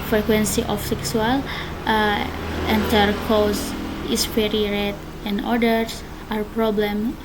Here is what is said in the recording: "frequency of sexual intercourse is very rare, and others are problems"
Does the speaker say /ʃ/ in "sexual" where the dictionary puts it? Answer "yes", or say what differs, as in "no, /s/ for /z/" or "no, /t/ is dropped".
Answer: no, /s/ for /ʃ/